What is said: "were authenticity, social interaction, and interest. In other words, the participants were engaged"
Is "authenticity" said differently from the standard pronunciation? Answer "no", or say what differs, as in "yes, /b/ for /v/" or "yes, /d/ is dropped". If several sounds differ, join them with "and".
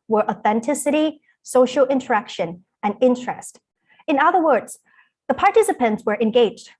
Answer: no